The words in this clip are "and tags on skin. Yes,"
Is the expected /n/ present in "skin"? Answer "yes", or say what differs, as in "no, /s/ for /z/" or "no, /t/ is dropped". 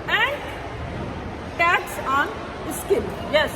no, /l/ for /n/